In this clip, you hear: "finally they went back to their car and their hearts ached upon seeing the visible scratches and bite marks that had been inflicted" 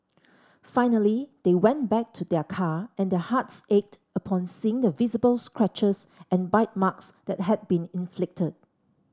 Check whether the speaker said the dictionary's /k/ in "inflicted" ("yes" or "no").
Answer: yes